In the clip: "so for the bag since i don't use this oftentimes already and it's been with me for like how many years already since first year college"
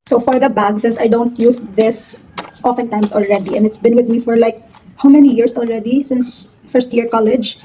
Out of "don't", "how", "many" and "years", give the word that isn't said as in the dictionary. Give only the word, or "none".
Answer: years